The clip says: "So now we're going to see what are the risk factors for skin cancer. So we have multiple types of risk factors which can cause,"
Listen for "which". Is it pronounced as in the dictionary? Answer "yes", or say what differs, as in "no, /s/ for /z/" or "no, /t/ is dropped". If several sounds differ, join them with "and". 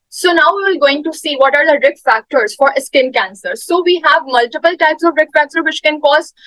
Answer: no, /ʃ/ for /tʃ/